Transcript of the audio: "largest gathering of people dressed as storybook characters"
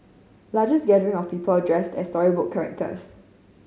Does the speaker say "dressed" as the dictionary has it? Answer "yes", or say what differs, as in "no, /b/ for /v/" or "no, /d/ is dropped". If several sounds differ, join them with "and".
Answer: yes